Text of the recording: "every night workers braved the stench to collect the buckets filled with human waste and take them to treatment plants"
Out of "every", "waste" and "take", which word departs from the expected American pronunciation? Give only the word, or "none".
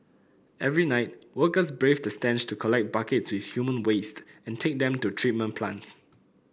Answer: none